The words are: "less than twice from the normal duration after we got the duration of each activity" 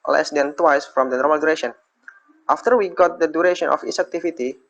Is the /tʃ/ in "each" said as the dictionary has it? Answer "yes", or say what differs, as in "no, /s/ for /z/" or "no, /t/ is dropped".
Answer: no, /s/ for /tʃ/